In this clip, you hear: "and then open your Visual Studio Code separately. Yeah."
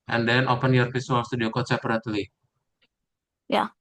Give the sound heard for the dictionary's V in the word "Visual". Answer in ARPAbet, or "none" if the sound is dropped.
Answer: F